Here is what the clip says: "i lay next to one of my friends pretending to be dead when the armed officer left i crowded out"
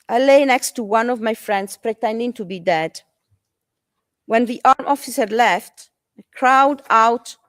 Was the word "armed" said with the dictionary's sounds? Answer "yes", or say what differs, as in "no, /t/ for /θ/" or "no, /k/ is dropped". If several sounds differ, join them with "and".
no, /d/ is dropped